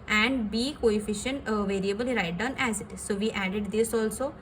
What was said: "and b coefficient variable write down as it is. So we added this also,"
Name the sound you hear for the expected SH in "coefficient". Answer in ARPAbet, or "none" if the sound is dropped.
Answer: SH